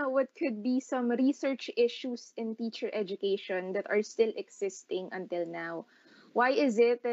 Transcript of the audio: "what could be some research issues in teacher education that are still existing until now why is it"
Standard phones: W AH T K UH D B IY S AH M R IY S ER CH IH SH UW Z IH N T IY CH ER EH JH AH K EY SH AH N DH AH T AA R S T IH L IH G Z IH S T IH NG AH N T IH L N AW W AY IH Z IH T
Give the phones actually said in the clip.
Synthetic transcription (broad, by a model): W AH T K UH D B IY S AH M R IY S ER CH IH SH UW S IH N T IY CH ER EH JH AH K EY SH AH N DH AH T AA R S T IH L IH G S IH S T IH NG AH N T IH L N AW W AY IH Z IH T